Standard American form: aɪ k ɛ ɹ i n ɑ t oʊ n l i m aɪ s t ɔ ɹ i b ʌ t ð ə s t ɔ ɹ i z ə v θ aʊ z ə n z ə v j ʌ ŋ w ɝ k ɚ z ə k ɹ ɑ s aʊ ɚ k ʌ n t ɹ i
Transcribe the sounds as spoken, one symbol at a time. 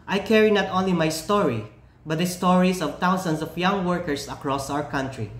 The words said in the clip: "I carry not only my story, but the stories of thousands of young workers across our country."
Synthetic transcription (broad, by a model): aɪ k ɛ ɹ i n ɑ t oʊ n l i m aɪ s t ɔ ɹ i b ʌ t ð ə s t ɔ ɹ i s ə v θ aʊ s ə n s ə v j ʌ ŋ w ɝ k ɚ s ə k ɹ ɑ s aʊ ɚ k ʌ n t ɹ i